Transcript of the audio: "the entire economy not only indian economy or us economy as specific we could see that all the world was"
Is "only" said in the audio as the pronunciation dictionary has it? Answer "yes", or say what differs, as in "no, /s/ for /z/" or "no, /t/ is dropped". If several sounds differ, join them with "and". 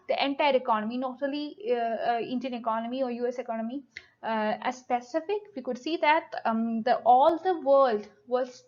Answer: no, /n/ is dropped